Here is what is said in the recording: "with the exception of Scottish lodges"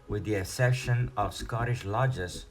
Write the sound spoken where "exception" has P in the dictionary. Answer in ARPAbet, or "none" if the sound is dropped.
none